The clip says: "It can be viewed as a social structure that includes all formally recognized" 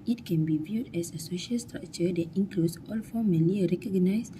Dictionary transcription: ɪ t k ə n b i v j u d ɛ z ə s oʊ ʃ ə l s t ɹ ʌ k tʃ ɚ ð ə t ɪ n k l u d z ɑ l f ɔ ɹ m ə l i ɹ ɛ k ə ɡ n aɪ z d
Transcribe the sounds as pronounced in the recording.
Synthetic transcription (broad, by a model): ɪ t k ə n b i v j u d ɛ s ə s oʊ ʃ ə l s t ɹ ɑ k tʃ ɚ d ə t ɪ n k l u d s ɑ l f ɔ m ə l i ɹ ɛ k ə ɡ n aɪ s